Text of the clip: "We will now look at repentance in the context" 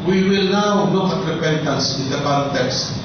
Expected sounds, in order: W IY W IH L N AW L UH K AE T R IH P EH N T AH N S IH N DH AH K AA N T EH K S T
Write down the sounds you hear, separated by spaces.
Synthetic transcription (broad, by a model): W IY W IH L N AW N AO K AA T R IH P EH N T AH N S IH N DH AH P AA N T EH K S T